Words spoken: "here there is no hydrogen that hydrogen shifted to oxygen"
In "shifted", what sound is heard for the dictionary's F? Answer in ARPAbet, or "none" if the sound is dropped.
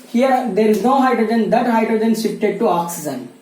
P